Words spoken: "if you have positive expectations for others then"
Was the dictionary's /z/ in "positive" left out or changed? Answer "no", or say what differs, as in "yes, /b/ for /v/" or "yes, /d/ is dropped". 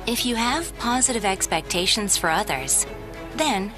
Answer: no